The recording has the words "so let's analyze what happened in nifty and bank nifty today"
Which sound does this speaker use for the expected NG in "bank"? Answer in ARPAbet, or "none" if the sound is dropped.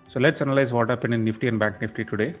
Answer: NG